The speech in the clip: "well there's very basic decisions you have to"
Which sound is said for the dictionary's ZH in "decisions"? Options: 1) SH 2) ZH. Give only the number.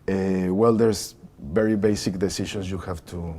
1